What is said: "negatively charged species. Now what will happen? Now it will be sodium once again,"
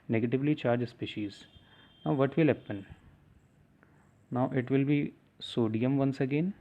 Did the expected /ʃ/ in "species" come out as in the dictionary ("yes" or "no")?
yes